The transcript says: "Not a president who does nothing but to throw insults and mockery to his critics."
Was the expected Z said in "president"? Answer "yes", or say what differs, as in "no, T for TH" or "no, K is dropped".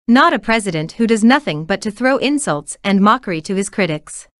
yes